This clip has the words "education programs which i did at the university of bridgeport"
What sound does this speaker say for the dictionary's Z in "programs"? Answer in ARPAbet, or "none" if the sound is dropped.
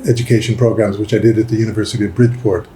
Z